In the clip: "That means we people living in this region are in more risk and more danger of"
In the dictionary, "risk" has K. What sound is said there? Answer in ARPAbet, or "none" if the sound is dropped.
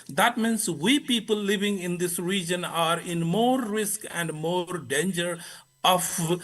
K